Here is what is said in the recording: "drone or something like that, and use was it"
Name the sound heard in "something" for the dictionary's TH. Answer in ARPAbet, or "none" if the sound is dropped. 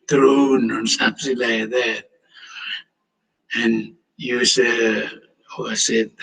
S